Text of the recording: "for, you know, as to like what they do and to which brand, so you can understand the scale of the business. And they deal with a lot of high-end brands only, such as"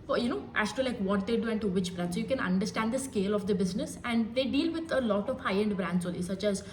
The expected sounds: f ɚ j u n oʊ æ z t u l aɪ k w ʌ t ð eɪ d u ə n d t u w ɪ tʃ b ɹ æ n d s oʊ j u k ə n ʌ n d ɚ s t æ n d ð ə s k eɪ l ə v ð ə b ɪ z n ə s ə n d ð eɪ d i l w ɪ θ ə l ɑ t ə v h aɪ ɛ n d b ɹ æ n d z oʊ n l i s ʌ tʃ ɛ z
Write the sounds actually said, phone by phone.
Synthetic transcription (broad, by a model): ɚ j u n oʊ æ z t u l aɪ k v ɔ t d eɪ d u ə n t u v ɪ tʃ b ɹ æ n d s j u k ə n ʌ n d ɚ s t æ n d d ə s k eɪ l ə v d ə b ɪ z n ə s ə n d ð eɪ d i l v ɪ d ə l ɑ t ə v h aɪ ɛ n d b ɹ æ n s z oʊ l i s ʌ tʃ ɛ z